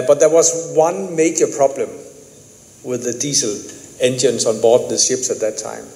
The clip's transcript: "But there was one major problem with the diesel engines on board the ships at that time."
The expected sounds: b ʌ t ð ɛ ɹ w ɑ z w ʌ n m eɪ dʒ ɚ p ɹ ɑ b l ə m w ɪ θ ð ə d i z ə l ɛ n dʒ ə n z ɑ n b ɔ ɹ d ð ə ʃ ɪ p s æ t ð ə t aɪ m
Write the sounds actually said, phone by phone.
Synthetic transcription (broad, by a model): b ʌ t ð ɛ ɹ w ɑ z w ʌ n m eɪ dʒ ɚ p ɹ ɑ b l ə m w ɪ ð ə d i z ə l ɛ n dʒ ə n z ɑ n b ɔ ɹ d ð ə ʃ ɪ p s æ t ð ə t aɪ m